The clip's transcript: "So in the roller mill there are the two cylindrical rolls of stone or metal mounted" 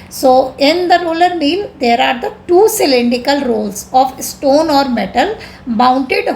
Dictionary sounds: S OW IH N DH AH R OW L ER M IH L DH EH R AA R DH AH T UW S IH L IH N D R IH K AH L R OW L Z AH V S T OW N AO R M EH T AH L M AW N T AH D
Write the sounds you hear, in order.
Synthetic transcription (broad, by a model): S OW IH N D AH R OW L ER M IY L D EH R AA R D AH T UW S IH L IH N D IH K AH L R OW L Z AH V S T OW N AO R M EH T AH L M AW N T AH D